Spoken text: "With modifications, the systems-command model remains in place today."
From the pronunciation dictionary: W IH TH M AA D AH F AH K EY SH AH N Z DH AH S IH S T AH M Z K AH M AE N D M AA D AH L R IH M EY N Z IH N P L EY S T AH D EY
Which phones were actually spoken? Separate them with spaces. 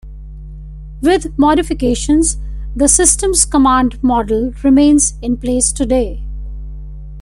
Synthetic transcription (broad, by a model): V IH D M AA D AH F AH K EY SH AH N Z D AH S IH S T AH M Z K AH M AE N D M AA D AH L R IH M EY N Z IH N P L EY S T AH D EY